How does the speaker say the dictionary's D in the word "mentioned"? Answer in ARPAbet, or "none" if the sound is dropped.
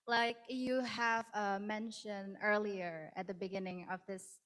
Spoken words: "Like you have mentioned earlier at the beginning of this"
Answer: none